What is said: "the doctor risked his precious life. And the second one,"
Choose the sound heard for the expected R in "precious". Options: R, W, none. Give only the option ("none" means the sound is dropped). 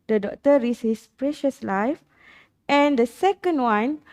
R